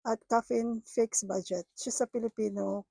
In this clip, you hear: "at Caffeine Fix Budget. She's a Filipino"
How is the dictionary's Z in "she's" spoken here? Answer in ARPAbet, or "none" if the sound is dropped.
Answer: S